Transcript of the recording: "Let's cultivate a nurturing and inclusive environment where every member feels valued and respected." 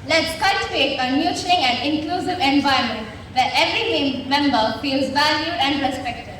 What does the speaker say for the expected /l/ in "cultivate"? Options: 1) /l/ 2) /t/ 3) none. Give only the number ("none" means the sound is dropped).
3